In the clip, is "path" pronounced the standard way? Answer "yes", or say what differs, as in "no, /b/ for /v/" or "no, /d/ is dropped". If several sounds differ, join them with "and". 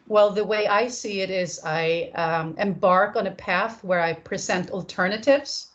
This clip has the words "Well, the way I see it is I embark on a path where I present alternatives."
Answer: yes